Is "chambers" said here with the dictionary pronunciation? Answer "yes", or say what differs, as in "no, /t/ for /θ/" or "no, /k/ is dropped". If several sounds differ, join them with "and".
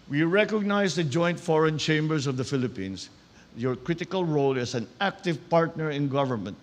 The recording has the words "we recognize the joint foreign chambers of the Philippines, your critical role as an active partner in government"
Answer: no, /s/ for /z/